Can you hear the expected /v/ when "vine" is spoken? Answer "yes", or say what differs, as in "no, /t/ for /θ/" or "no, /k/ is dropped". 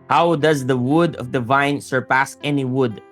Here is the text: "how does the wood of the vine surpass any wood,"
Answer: yes